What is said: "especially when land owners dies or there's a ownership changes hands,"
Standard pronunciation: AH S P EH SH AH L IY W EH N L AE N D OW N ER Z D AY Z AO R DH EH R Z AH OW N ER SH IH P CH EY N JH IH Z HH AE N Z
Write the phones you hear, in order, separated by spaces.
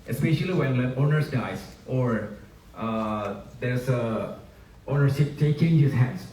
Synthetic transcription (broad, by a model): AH S P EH SH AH L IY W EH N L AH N OW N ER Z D AY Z AO R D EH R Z AH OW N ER S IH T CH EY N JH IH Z HH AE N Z